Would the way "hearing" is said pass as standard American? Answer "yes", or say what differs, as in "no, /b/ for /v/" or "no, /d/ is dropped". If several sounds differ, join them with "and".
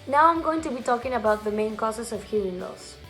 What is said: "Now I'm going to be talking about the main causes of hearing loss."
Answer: no, /ɹ/ is dropped